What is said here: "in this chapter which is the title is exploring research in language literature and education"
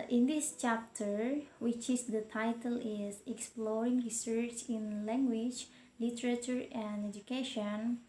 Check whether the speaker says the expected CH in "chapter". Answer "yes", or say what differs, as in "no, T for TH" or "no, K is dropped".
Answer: yes